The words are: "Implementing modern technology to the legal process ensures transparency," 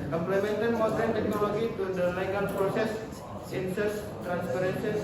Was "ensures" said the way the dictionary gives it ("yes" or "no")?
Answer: no